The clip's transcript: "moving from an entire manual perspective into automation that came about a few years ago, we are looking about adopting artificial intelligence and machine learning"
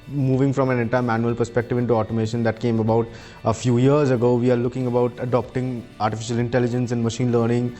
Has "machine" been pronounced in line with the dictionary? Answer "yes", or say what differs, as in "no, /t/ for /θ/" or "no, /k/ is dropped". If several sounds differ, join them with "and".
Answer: yes